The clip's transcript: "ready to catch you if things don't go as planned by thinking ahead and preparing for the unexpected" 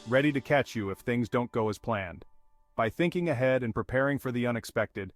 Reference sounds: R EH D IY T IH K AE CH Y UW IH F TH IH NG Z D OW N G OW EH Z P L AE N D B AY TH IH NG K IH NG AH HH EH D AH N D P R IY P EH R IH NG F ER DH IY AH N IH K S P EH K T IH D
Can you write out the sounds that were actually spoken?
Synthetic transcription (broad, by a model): R EH D IY T IH K AE CH Y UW IH F TH IH NG Z D OW N G OW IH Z P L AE N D B AY TH IH NG K IH NG AH HH EH D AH N P R IY P EH R IH NG F ER DH IY AH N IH K S P EH K T IH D